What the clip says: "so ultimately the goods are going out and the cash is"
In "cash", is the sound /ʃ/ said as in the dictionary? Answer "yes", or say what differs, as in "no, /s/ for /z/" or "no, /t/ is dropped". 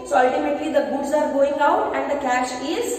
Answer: yes